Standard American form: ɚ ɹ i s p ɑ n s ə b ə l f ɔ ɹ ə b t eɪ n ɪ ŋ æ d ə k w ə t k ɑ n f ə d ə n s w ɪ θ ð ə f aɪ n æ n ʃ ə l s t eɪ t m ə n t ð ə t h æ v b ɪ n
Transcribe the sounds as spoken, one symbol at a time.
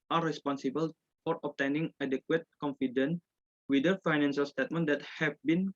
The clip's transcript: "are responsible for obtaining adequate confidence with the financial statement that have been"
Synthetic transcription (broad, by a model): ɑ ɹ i s p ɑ n s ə b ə l f ɔ ɹ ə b t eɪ n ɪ ŋ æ d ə k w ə t k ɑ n f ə d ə n w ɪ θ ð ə f aɪ n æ n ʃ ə l s t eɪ t m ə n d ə t h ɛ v b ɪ n